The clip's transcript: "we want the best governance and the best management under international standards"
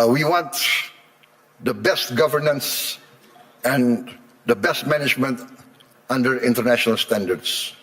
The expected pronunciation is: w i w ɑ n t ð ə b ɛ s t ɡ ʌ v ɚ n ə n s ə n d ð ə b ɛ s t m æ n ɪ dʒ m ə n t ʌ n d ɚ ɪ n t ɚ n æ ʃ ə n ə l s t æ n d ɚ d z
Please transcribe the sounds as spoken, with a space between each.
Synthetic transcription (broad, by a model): w i w ɑ n t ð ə b ɛ s t ɡ ʌ v ɚ n ə n s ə n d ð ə b ɛ s t m æ n ɪ dʒ m ə n t ʌ n d ɚ ɪ n t ɚ n æ ʃ ə n ə l s t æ n d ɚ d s